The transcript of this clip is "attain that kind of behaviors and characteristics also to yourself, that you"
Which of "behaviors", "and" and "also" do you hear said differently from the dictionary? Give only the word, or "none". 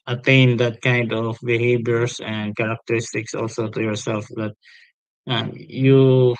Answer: behaviors